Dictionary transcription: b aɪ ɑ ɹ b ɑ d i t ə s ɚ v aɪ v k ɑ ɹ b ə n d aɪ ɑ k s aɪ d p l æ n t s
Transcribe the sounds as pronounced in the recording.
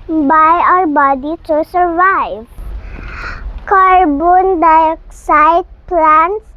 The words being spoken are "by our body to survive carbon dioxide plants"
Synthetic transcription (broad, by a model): b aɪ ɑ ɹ b ɑ d i s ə s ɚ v aɪ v k ɑ ɹ b ə n d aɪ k s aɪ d p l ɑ n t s